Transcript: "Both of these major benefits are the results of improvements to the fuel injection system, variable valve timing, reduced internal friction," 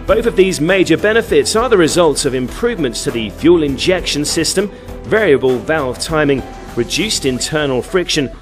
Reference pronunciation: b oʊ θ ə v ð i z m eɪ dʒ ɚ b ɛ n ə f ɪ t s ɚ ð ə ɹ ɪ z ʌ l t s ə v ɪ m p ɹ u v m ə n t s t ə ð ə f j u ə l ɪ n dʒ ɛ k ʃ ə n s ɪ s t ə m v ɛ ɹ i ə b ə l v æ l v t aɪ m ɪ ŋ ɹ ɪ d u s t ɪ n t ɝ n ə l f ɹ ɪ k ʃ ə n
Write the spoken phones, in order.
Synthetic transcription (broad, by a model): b oʊ θ ə v ð i z m eɪ dʒ ɚ b ɛ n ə f ɪ t s ɚ ð ə ɹ ɪ z ʌ l t s ə v ɪ m p ɹ u v m ə n t s t ə ð ə f j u l ɪ n dʒ ɛ k ʃ ə n s ɪ s t ə m v ɛ ɹ i ə b ə l v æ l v t aɪ m ɪ ŋ ɹ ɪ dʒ u s t ɪ n t ɝ n ə l f ɹ ɪ k ʃ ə n